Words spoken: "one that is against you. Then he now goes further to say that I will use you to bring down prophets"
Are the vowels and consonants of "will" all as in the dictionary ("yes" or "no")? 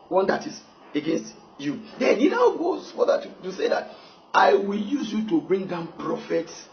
yes